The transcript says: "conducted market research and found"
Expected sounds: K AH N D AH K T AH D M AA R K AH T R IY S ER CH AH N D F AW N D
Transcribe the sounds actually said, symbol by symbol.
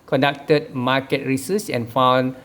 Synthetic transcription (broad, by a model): K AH N D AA K T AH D M AA K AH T R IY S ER S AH N F AW N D